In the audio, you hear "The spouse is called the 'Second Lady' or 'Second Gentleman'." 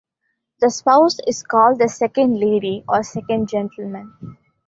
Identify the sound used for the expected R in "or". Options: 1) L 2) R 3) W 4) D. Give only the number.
2